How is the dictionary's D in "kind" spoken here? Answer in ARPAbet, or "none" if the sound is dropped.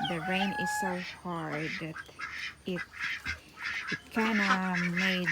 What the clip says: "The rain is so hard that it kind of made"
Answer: none